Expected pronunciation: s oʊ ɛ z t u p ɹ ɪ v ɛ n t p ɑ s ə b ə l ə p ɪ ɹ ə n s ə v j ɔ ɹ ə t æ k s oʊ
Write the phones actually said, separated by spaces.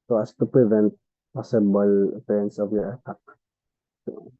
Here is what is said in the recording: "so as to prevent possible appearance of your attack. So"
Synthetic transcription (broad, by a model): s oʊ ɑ s t u p ɹ ɪ v ɛ n t p ɑ s ə b ə l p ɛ ə n s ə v j ɔ ɹ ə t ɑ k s